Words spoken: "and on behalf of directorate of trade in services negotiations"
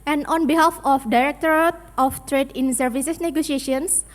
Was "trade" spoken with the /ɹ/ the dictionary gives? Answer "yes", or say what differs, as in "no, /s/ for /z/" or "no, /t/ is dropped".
yes